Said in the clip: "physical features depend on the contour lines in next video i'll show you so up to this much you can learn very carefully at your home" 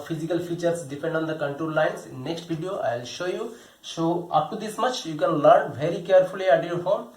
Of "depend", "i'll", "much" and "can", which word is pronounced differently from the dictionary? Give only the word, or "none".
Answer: none